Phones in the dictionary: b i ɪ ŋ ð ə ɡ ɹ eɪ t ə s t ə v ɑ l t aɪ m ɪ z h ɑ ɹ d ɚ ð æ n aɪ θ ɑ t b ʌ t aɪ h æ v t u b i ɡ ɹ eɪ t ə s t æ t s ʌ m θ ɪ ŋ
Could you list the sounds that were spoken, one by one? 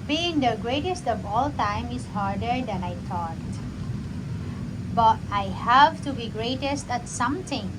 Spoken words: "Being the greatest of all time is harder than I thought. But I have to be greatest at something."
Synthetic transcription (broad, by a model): b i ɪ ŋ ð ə ɡ ɹ eɪ t ə s t ə v ɑ l t aɪ m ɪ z h ɑ ɹ d ɚ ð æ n aɪ t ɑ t b ʌ t aɪ h æ v t u b i ɡ ɹ eɪ t ə s t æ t s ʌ m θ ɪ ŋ